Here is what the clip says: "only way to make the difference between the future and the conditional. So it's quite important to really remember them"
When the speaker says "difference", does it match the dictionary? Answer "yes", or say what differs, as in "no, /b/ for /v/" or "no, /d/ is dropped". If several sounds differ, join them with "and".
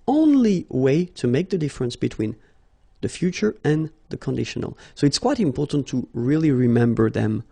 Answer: yes